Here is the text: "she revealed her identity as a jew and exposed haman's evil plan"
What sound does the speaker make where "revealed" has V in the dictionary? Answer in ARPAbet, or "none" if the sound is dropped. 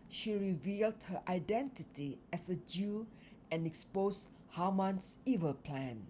V